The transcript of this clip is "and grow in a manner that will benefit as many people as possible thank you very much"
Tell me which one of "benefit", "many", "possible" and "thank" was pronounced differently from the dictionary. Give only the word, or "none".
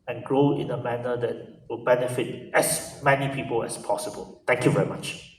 thank